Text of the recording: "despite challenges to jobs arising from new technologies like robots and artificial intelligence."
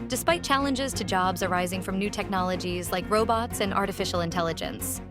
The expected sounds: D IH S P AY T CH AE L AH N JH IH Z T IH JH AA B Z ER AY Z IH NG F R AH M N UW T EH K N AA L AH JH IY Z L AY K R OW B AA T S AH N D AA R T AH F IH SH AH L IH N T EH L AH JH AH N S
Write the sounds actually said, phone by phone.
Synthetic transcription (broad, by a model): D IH S P AY T CH AE L AH N JH IH Z T IH JH AA B Z ER AY Z IH NG F R AH M N UW T EH K N AA L AH JH IY Z L AY K R OW B AA T S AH N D AA R T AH F IH SH L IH N T EH L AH JH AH N S